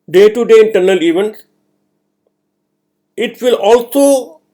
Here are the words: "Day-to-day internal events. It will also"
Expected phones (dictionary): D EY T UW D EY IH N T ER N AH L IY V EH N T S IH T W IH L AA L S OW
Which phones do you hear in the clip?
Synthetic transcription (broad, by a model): D EY T UW D EY IH N T ER N AH L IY V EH N T IH T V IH L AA L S OW